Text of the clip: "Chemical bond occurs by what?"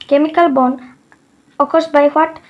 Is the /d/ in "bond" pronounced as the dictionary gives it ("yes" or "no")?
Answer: no